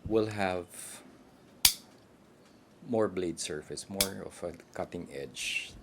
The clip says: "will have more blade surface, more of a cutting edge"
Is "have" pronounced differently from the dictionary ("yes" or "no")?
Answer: no